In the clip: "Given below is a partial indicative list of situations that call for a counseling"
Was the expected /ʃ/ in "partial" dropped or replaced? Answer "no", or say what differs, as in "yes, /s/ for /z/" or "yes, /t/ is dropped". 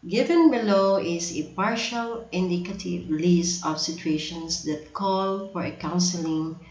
no